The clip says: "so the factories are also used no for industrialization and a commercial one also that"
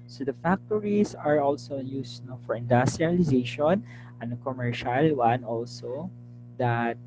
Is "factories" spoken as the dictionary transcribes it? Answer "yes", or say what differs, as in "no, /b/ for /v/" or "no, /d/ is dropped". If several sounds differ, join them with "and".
no, /s/ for /z/